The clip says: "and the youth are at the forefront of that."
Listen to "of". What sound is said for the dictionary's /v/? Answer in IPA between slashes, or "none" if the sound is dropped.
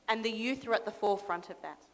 /v/